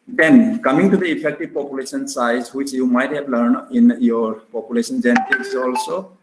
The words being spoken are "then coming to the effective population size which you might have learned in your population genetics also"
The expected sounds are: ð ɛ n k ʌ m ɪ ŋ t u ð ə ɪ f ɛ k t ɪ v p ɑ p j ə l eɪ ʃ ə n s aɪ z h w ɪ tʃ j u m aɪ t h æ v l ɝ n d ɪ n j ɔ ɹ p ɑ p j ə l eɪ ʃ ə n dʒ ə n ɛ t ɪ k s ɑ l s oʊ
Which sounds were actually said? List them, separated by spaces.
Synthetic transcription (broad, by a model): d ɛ n k ʌ m ɪ ŋ t u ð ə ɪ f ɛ k t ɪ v p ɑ p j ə l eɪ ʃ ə n s aɪ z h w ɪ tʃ j u m aɪ t h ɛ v l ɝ n ɪ n j ɔ ɹ p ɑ p j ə l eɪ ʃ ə n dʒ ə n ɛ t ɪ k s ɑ l s oʊ